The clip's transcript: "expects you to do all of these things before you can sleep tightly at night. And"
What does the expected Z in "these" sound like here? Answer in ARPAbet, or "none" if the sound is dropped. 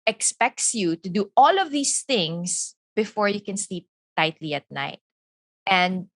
S